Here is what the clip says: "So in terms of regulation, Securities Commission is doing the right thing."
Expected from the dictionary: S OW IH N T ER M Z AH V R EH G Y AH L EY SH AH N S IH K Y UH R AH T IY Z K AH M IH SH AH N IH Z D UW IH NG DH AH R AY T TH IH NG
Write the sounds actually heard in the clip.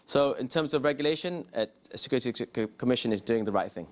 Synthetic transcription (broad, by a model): S OW IH N T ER M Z AH V R EH G Y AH L EY SH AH N S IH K Y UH R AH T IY K AH M IH SH AH N IH Z D UW IH NG DH AH R AY T TH IH NG